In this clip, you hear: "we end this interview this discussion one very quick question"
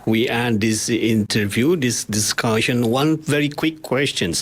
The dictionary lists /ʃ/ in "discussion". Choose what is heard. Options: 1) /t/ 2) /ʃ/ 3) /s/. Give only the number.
2